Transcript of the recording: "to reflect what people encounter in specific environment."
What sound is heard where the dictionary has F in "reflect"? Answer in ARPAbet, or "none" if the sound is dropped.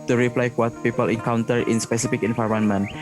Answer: P